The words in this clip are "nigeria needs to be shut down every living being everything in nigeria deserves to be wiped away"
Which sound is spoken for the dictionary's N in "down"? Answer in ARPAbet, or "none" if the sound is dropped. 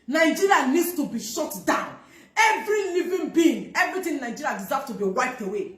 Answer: N